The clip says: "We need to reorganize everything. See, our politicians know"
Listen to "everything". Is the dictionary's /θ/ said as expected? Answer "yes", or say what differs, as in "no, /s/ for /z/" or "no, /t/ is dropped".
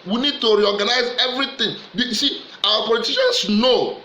no, /t/ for /θ/